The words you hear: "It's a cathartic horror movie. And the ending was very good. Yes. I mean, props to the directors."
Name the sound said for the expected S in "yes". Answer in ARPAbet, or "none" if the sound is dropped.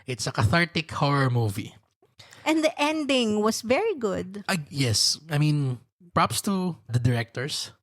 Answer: S